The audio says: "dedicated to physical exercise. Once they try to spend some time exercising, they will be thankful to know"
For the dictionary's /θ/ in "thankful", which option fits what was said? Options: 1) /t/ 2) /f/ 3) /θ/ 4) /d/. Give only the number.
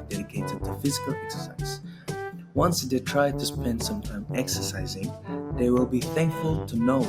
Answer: 3